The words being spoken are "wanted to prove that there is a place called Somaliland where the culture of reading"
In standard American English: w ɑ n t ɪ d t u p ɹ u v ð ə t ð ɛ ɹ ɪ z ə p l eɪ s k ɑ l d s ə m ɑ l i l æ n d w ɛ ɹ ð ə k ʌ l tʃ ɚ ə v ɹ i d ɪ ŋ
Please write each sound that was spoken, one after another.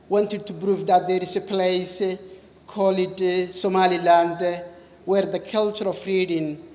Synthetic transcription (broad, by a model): w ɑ n t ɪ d t u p ɹ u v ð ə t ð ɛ ɹ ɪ s ə p l eɪ s k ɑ l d s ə m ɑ l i l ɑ n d w ɛ ɹ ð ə k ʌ l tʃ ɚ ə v ɹ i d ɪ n